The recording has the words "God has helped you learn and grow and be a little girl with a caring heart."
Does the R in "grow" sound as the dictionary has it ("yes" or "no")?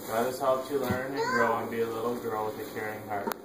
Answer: no